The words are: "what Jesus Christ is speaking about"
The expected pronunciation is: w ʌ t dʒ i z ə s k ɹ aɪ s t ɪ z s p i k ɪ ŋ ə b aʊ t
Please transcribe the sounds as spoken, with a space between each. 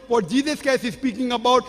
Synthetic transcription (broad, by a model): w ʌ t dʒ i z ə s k ɛ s ɪ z s p i k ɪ ŋ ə b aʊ t